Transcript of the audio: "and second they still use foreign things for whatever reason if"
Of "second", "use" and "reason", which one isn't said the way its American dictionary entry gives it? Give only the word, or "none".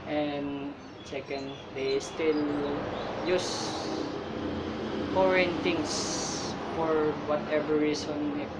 reason